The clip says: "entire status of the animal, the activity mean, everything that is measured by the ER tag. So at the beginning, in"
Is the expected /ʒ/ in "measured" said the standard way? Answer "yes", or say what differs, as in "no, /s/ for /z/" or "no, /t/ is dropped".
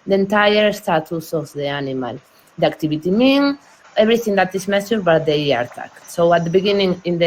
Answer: no, /s/ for /ʒ/